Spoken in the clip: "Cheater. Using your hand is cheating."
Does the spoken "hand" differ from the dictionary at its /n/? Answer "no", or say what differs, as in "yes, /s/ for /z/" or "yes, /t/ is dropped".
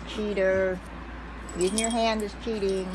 no